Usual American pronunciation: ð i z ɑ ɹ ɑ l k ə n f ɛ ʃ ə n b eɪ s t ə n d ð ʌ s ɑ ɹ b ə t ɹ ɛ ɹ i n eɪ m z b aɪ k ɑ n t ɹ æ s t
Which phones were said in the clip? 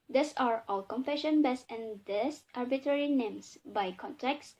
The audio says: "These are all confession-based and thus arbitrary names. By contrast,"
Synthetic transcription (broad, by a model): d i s ɑ ɹ ɑ l k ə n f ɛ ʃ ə n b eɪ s ə n d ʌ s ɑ ɹ b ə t ɹ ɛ ɹ i n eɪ m s b aɪ k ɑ n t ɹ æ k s